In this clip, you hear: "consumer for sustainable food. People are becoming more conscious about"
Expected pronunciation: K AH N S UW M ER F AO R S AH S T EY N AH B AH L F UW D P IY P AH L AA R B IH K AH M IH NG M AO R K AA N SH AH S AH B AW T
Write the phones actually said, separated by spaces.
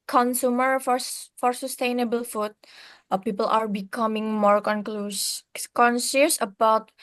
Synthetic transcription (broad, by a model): K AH N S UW M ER F AO R S AH S T EY N AH B AH L F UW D P IY P AH L AA R B IH K AH M IH NG M AO R K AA N S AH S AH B AW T